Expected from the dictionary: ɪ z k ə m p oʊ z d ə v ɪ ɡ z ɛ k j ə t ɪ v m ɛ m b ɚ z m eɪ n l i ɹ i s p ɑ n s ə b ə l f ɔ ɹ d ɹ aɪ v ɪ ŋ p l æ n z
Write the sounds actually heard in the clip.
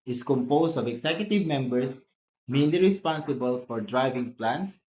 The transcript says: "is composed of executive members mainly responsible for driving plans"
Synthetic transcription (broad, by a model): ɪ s k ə m p oʊ s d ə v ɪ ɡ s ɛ k j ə t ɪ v m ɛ m b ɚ s m eɪ n l i ɹ i s p ɑ n s ə b ə l f ɔ ɹ d ɹ aɪ v ɪ ŋ p l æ n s